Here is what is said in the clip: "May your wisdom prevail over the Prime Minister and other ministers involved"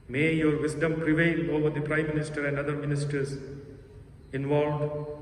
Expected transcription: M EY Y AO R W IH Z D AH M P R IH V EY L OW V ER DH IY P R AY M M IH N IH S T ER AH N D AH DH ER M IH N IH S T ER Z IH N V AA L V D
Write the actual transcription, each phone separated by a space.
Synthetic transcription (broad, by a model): M EY Y AO R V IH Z D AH M P R IH V EY L OW V ER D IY P R AY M M IH N IH S T ER AH N D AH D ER M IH N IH S T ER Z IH N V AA L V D